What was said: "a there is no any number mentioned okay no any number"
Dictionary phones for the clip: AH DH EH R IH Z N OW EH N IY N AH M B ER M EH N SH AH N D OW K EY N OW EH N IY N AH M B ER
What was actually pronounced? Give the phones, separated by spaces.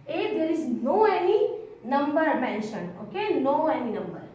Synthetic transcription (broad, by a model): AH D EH R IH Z N OW EH N IY N AH M B ER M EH N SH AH N OW K EY N OW EH N IY N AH M B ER